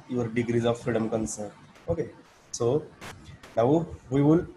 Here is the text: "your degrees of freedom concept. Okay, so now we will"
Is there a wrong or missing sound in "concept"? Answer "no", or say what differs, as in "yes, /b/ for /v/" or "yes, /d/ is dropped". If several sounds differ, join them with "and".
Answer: yes, /p/ is dropped